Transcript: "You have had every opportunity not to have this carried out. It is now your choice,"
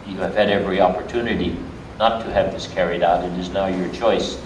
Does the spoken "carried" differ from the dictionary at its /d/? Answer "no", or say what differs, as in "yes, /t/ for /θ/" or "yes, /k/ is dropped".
no